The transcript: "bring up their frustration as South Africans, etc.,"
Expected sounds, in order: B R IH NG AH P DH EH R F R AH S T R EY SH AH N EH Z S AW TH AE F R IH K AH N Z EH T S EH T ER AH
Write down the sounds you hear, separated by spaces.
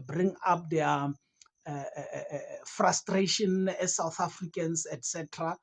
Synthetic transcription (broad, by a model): B R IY NG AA P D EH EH F R AH S T R EY SH AH N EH S AW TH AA F R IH K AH N S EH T S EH T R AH